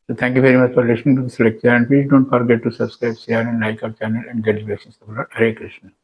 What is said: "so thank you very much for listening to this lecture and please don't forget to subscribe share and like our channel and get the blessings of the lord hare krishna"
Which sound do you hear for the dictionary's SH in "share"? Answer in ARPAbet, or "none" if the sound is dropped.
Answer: S